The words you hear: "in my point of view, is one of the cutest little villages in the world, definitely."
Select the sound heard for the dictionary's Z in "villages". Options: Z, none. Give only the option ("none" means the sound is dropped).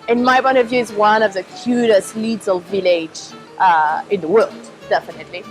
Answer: none